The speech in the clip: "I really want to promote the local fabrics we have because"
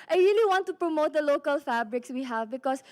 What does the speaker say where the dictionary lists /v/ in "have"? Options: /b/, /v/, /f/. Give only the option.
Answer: /v/